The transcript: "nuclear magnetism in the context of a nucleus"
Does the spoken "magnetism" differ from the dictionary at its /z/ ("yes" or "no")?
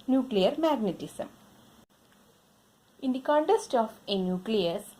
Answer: yes